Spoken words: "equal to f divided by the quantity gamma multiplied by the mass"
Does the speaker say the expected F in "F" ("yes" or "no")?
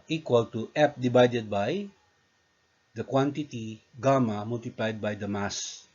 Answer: no